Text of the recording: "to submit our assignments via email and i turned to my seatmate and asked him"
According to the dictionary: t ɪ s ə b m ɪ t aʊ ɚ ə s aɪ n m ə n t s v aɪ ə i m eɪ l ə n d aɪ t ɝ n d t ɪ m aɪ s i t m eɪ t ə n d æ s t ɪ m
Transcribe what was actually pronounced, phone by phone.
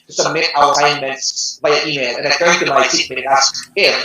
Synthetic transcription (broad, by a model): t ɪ s ə b m ɪ t aʊ ɚ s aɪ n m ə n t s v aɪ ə i m eɪ l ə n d aɪ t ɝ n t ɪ m aɪ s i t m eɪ ə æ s ɪ